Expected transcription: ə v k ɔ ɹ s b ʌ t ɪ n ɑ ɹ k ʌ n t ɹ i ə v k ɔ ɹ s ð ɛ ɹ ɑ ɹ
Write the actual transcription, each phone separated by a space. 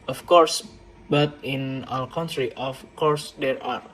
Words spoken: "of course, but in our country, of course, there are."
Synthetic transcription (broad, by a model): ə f k ɔ ɹ s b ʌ t ɪ n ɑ l k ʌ n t ɹ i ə f k ɔ ɹ s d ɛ ɹ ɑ ɹ